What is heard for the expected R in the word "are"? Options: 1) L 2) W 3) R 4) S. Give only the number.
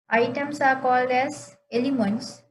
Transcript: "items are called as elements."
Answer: 3